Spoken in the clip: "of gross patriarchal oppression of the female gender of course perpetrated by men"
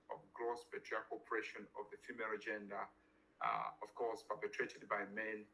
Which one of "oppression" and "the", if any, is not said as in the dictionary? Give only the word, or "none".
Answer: oppression